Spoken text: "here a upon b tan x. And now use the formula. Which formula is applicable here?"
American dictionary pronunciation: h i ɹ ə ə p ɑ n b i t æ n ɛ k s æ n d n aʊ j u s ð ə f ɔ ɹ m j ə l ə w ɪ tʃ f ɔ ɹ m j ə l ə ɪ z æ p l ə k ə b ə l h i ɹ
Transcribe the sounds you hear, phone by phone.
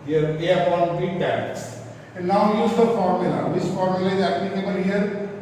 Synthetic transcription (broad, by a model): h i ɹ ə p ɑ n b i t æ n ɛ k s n n aʊ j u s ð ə f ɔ ɹ m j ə l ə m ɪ s f ɔ ɹ m j ə l ə ɪ z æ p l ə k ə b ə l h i ɹ